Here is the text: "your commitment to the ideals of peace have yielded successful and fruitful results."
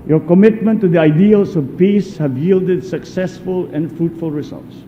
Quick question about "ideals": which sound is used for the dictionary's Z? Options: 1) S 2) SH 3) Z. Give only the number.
1